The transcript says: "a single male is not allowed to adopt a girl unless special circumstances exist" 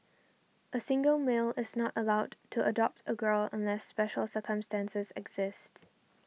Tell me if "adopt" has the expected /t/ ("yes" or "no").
yes